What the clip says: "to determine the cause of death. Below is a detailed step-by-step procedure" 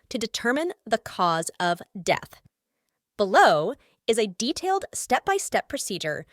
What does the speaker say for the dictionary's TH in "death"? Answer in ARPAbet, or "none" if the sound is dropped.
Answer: TH